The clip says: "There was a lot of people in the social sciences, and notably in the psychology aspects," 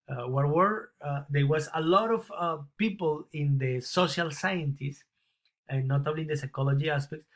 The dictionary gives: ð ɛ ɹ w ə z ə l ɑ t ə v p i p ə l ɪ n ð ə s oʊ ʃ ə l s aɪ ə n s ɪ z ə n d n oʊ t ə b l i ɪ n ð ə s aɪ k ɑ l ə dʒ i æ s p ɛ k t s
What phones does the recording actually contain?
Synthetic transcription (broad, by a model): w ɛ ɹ w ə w ə l ɑ t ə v p i p ə l ɪ n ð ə s oʊ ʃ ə l s aɪ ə n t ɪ s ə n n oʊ t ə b l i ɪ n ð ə s aɪ k ɑ l ə dʒ i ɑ s p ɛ k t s